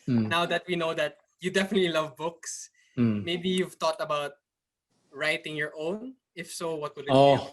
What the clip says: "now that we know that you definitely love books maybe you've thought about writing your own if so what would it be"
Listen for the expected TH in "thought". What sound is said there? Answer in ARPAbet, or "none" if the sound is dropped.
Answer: T